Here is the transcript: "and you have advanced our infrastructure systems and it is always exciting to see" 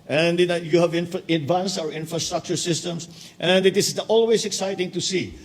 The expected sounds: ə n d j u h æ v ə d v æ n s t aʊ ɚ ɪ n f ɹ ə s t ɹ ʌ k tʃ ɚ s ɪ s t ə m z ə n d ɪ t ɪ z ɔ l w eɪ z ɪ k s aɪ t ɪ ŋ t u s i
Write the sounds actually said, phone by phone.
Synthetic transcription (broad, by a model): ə n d j u h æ v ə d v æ n s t aʊ ɚ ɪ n f ɹ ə s t ɹ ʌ k tʃ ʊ s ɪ s t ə m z ə n d ɪ t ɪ s ɔ l w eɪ s ɪ k s aɪ t ɪ ŋ t u s i